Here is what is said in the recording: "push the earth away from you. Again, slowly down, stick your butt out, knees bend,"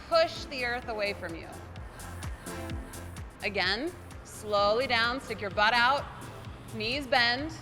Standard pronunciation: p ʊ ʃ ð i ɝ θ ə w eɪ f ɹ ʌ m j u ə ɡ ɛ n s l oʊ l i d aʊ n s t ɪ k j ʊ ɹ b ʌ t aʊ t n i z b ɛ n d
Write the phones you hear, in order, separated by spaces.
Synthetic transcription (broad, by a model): p ʊ ʃ ð i ɝ θ ə w eɪ f ɹ ʌ m j u ə ɡ ɛ n s l oʊ l i d aʊ n s t ɪ k j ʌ ɹ b ʌ t aʊ t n i z b ɛ n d